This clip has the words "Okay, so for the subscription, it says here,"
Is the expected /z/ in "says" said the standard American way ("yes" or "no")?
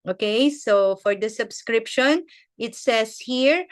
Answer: no